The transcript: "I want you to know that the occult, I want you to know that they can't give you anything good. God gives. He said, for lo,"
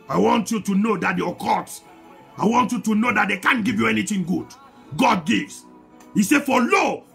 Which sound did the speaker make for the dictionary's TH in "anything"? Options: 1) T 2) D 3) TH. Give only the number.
1